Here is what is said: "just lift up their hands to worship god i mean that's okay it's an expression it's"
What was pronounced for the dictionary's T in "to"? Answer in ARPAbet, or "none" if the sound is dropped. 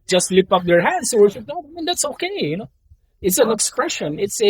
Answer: S